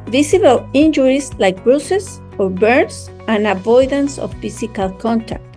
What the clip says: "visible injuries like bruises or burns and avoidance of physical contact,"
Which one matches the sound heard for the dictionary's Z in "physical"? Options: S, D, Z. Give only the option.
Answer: S